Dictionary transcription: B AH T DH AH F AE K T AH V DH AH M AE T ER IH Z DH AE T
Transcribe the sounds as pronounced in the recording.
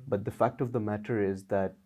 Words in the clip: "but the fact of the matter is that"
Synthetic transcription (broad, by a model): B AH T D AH F AE K T AH V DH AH M AE T ER IH Z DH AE T